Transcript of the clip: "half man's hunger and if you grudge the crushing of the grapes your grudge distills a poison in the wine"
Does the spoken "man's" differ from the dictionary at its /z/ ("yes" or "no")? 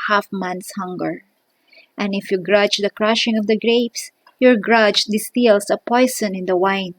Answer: yes